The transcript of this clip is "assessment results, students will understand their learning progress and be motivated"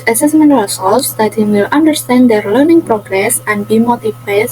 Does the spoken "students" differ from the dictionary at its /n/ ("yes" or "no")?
yes